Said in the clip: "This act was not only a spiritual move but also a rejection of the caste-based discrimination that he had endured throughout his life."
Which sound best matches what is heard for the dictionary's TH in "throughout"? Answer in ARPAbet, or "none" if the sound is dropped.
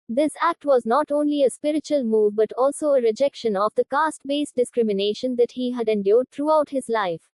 T